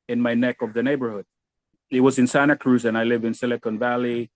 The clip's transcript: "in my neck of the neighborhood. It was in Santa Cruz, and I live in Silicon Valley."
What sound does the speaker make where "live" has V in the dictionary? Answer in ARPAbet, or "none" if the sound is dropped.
V